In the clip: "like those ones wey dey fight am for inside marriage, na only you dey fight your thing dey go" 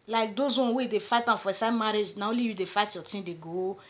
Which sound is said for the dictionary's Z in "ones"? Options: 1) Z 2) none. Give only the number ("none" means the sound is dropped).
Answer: 2